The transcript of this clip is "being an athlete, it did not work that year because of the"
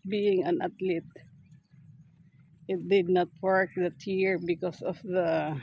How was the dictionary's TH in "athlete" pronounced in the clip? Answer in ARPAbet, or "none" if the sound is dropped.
T